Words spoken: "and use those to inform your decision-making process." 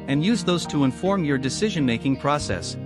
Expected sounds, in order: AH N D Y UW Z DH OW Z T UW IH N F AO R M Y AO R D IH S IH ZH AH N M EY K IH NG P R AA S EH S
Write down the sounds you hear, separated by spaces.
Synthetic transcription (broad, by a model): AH N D Y UW Z DH OW Z T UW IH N F AO R M Y AO R D IH S IH ZH AH N M EY K IH NG P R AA S EH S